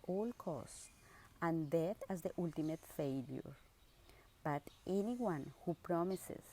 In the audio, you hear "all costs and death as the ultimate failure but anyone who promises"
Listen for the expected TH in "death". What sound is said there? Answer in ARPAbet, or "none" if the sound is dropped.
T